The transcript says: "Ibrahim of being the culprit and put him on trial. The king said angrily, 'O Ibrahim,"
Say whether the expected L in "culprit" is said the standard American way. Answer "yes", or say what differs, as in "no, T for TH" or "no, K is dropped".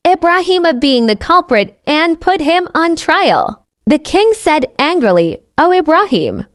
yes